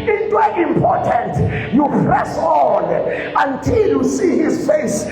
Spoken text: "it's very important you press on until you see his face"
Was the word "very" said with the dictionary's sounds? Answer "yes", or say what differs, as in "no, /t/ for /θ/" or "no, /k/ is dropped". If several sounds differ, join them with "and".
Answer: no, /ɹ/ is dropped